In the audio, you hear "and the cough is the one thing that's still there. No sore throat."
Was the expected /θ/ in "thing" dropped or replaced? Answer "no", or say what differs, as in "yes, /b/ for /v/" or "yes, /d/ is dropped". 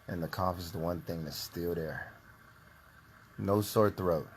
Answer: no